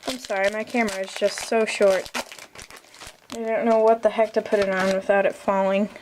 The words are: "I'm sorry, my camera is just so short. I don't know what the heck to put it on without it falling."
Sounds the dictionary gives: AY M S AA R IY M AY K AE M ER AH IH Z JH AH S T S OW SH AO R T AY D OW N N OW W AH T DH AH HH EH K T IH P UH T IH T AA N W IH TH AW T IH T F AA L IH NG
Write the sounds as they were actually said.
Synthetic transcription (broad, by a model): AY M S AA R IY M AY K AE M ER AH IH Z JH AH S T S OW SH AO R T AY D OW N N OW W AH T DH AH HH EH K T IH P UH T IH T N W IH TH AW T IH T F AA L IH NG